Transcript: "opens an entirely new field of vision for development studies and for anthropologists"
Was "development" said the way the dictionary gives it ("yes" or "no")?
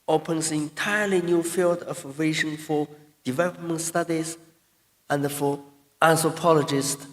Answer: yes